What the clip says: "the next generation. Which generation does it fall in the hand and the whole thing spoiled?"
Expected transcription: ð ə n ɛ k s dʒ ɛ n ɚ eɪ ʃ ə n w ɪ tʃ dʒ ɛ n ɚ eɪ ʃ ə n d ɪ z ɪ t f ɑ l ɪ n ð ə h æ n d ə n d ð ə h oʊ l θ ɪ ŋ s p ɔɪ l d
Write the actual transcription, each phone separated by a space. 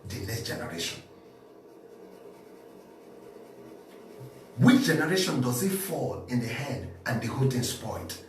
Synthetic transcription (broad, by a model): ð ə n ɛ s dʒ ɛ n ɚ eɪ ʃ ə n w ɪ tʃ dʒ ɛ n ɚ eɪ ʃ ə n d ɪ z ɪ t f ɑ l ɪ n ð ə h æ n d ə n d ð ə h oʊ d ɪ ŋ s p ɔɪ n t